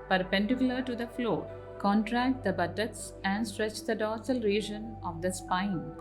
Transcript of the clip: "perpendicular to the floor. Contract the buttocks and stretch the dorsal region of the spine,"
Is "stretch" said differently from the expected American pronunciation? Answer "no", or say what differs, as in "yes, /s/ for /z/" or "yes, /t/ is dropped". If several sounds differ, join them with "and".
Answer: no